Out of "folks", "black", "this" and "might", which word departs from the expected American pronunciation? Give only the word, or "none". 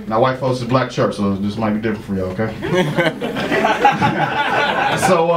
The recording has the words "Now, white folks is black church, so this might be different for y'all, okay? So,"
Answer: folks